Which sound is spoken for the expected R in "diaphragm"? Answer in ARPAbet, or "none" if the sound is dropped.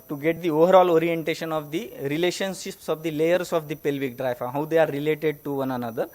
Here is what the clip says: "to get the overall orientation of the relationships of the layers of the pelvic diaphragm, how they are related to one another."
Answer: none